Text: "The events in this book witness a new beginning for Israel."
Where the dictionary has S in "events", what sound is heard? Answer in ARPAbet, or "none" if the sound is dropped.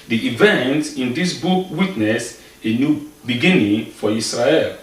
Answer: none